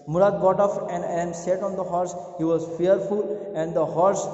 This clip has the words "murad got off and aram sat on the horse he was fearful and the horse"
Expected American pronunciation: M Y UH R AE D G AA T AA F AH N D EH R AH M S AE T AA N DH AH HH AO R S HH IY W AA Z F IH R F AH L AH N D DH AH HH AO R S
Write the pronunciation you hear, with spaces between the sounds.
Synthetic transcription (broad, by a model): M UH R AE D G AA T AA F AH N D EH AH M S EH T AA N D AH HH AO R S HH IY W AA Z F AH R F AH L AH N D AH HH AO R S